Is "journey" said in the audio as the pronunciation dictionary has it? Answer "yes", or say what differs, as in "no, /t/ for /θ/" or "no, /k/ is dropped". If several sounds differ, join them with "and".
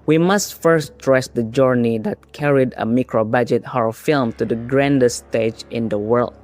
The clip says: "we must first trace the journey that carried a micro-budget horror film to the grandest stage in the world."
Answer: yes